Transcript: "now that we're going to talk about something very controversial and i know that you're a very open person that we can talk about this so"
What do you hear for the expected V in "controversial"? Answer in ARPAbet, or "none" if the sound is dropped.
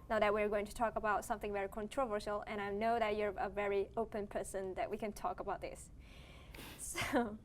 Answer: V